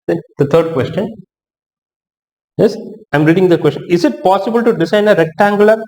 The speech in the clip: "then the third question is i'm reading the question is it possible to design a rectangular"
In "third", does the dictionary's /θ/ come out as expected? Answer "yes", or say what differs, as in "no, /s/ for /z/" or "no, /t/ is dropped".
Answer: no, /t/ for /θ/